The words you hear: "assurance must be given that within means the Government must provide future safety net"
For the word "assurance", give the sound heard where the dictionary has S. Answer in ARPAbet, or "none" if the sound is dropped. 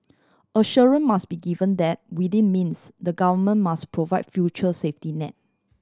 none